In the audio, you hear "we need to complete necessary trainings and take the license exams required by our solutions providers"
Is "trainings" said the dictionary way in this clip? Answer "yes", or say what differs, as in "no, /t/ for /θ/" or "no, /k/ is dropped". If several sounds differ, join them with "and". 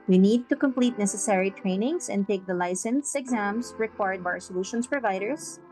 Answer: no, /s/ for /z/